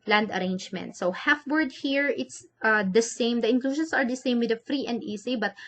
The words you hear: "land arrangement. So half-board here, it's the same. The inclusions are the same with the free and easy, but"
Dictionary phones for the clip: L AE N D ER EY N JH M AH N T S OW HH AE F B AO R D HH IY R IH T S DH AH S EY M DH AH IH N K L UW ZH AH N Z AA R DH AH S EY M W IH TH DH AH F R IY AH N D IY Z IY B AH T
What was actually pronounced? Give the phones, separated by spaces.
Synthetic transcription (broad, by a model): L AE N D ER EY N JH M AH N T S OW HH AE F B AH R D HH IY R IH T S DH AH S EY M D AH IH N K L UW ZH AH N S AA R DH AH S EY M W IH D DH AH F R IY AH N D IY S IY B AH T